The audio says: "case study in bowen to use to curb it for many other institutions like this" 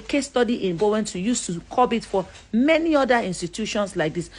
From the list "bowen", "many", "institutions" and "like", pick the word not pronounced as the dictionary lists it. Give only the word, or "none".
institutions